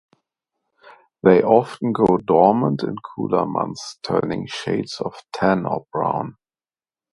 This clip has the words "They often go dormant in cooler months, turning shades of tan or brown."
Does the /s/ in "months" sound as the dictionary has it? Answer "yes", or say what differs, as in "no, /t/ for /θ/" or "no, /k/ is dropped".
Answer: no, /s/ is dropped